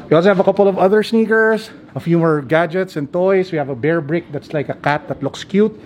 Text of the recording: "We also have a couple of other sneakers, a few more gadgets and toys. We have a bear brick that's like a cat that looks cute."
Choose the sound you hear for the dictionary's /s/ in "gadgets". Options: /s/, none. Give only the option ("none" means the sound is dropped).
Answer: /s/